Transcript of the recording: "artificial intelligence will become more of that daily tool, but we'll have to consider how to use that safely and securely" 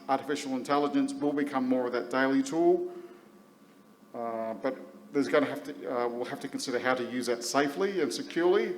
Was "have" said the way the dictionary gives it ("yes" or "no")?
no